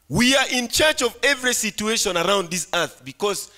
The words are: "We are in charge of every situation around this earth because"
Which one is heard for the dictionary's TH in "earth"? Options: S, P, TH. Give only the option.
TH